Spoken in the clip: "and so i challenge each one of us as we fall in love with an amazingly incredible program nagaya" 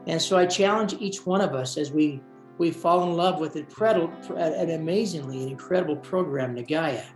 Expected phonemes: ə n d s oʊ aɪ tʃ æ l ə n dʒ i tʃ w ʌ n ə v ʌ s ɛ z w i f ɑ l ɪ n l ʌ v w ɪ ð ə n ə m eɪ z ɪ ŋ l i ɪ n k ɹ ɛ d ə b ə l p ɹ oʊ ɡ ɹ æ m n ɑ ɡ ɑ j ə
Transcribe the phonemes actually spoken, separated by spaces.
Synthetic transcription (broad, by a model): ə n s oʊ aɪ tʃ æ l ə n dʒ i tʃ w ʌ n ə v ʌ s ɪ z w i f ɑ l ɪ n l ʌ v w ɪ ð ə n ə m eɪ z ɪ ŋ l i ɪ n k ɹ ɛ d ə b l p ɹ oʊ ɡ ɹ æ m n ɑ ɡ ɑ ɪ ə